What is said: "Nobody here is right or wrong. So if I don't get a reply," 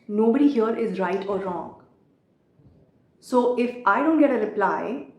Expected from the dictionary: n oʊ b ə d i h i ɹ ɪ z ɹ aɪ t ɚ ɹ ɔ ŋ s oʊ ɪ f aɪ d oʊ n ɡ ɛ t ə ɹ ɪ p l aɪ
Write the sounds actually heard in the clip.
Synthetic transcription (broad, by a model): n oʊ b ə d i h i ɹ ɪ z ɹ aɪ t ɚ ɹ ɔ ŋ s oʊ ɪ f aɪ d oʊ n ɡ ɛ t ə ɹ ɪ p l aɪ